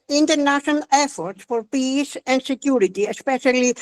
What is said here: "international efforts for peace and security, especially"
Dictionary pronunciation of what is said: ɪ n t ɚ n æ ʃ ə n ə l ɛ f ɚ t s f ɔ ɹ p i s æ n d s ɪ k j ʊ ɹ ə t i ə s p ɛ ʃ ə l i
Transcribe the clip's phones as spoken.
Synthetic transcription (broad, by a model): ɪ n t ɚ n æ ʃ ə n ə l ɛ f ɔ t s f ɔ ɹ p i s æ n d s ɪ k j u ɹ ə t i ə s p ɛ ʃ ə l i